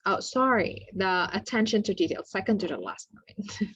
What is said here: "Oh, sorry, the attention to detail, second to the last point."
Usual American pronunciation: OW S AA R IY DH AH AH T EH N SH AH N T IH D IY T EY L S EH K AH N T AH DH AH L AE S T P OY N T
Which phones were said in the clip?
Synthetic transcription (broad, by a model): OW S AA R IY DH AH AH T EH N SH AH N T IH D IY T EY L S EH K AH N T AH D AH L AE S T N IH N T